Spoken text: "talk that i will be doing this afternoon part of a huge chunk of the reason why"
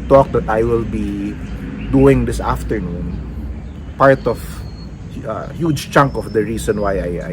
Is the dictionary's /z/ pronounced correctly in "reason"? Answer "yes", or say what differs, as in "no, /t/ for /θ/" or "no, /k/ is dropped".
no, /s/ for /z/